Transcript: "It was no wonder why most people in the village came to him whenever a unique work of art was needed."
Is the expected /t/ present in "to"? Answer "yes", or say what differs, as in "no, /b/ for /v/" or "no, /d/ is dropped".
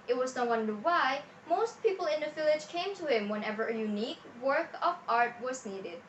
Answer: yes